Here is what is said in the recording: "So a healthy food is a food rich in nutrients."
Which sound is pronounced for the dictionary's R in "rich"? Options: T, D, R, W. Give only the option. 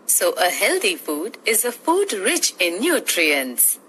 R